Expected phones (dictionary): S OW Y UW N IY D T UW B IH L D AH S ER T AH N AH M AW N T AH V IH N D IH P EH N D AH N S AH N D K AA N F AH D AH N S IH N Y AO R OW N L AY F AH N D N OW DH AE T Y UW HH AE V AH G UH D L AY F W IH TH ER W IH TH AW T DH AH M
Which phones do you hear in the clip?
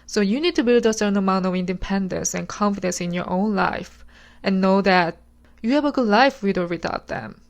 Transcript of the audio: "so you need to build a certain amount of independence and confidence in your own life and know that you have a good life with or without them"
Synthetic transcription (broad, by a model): S OW Y UW N IY D T UW B IH L D AH S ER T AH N AH M AW N T AH V IH N D IH P EH N D AH N S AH N K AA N F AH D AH N S IH N Y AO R OW N L AY F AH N N OW DH AE T Y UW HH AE V AH G UH D L AY F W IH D ER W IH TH AW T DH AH M